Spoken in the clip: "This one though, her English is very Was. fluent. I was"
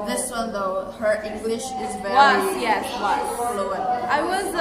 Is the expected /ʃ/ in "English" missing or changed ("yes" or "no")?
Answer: no